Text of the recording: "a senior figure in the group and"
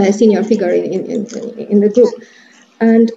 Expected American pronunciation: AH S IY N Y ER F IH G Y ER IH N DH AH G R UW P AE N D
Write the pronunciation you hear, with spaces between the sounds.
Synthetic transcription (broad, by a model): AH S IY N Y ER F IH G Y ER IH N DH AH G R UW P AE N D